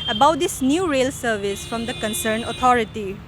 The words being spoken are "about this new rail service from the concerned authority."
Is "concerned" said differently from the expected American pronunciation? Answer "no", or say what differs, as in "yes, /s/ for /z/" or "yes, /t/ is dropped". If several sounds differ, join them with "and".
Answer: yes, /d/ is dropped